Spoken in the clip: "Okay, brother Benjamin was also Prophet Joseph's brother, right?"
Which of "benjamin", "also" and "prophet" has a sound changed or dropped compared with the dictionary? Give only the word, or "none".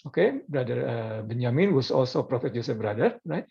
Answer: benjamin